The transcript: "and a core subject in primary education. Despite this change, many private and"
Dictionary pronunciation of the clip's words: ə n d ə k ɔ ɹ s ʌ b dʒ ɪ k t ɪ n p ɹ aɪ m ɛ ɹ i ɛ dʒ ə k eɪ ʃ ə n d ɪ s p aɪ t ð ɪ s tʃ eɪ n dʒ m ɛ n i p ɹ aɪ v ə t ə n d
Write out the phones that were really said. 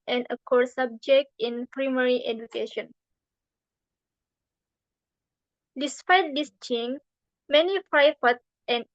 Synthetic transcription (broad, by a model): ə n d ə k ɔ ɹ s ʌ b dʒ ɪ k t ɪ n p ɹ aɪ m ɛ ɹ i ɛ dʒ ə k eɪ ʃ ə n d ɪ s p aɪ t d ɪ s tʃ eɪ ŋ m ɛ n i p ɹ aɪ f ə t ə n